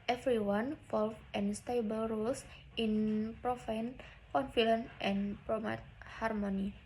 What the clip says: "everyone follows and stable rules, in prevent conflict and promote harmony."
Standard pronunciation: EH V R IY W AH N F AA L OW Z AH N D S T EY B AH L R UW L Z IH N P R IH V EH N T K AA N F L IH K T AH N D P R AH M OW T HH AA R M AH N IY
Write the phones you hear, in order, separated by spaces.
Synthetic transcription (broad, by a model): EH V R IY W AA N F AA L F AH N S T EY B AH L R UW L S IH N P R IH F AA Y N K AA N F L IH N T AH N P R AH M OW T HH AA R M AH N IY